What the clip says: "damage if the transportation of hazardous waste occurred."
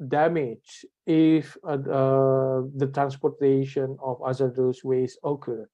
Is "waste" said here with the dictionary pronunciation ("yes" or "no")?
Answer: no